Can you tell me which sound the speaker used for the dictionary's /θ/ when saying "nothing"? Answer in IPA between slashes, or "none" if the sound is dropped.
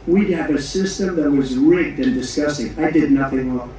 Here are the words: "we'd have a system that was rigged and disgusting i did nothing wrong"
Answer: /θ/